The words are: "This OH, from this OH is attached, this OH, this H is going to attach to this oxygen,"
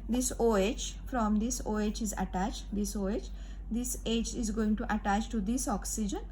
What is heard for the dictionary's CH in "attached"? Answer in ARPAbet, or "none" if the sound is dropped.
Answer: CH